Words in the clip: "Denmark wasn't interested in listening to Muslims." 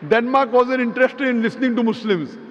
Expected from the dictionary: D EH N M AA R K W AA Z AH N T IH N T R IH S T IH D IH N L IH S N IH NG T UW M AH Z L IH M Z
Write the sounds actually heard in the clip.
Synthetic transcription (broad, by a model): D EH N M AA R K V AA Z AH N IH N T R IH S T IH D IH N L IH S N IH NG T UW M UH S L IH M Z